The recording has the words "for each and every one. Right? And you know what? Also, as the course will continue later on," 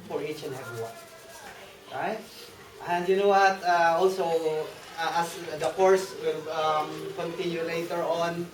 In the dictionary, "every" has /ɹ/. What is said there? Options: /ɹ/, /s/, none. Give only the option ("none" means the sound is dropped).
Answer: none